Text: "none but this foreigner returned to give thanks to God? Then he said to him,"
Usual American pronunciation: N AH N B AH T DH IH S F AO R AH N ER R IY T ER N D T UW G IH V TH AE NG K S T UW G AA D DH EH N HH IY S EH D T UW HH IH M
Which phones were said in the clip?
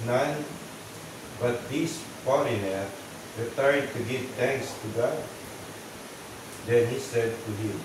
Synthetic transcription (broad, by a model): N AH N B AH T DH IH S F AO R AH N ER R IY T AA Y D T UW G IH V T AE NG K S T UW G AA D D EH N HH IY S EH D T UW HH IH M